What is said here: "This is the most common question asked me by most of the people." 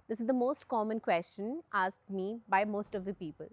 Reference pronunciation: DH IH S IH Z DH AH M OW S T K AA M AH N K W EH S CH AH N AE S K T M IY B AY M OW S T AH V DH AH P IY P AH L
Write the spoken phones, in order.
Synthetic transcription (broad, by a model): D IH S IH Z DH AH M OW S T K AA M AH N K W EH S CH AH N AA S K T M IY B AY M OW S T AH V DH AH P IY P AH L